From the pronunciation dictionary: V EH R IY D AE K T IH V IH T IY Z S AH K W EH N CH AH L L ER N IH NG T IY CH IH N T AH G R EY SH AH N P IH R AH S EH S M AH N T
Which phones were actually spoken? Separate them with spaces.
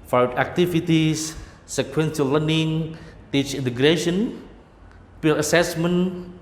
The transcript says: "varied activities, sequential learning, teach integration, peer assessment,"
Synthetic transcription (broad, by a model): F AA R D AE K T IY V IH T IY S S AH K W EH N S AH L L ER N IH NG T IY CH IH N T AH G R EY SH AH N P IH L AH S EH S M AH N